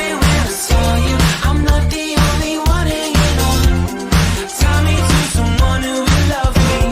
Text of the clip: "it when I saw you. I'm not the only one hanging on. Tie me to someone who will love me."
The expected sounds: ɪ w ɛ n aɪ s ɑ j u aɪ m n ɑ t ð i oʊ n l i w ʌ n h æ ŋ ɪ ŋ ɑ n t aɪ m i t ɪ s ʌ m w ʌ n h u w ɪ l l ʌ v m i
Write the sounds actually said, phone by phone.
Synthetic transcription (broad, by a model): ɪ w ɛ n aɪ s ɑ j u aɪ m l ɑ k ð i oʊ n l i w ʌ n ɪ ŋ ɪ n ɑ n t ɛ m i t ɪ s ʌ m w ʌ n h u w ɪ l l ʌ v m i